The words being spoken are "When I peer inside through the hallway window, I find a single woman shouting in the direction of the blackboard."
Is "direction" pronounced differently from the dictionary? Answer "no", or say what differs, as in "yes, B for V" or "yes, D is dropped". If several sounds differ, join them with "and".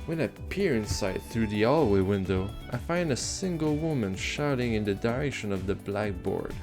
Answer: no